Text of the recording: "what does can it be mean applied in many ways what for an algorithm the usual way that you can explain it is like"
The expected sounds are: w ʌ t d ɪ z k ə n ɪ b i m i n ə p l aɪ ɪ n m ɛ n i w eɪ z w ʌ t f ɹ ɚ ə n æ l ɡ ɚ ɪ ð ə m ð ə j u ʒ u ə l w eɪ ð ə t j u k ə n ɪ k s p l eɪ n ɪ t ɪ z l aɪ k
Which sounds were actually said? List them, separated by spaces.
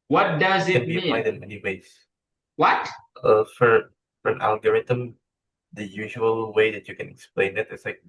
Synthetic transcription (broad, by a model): w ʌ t d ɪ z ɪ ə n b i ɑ ə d ɪ n m ɛ n i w eɪ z w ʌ t f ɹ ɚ ə n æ l ɡ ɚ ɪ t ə m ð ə j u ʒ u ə l w eɪ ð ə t j u k ə n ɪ k s p l eɪ n ɪ t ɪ s l aɪ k